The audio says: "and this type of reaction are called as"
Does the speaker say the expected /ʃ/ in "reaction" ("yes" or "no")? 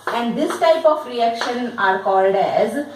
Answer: yes